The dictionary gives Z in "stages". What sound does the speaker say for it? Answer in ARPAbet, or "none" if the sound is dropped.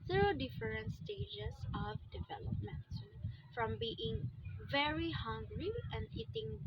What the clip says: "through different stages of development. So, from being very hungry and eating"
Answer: S